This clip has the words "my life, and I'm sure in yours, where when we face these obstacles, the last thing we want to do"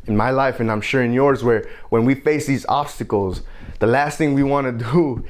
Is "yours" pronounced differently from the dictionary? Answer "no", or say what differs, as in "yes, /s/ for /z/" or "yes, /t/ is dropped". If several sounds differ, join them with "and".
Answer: no